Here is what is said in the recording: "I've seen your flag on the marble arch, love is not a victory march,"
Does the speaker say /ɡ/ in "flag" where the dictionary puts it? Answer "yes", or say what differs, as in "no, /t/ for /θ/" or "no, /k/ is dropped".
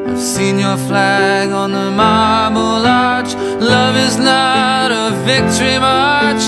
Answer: yes